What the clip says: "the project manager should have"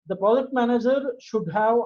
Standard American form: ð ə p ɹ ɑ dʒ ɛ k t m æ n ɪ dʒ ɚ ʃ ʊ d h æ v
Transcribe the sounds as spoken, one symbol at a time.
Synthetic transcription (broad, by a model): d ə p ɑ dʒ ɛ t m æ n ɪ dʒ ɚ ʃ ʊ d h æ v